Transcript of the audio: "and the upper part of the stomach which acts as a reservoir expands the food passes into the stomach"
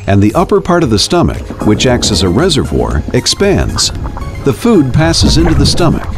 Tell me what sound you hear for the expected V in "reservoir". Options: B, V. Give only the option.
V